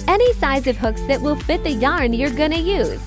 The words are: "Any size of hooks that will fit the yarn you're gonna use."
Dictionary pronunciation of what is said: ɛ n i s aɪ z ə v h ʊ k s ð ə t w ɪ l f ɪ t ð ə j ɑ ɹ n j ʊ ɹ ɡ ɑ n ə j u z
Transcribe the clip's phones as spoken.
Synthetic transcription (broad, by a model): ɛ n i s aɪ z ə v h ʊ k s ð ə t w ɪ l f ɪ t ð ə j ɑ ɹ n j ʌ ɹ ɡ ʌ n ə j u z